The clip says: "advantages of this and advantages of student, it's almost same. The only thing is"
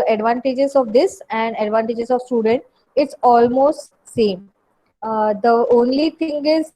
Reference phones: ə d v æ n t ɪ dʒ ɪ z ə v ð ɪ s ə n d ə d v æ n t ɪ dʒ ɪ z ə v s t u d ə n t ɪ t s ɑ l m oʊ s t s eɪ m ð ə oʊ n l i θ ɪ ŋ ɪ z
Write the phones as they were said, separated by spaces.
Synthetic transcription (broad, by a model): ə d v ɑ n t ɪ dʒ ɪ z ə v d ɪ s ə n d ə d v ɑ n t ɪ dʒ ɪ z ə v s t u d ə n t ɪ t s ɑ l m oʊ s t s eɪ m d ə oʊ n l i t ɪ ŋ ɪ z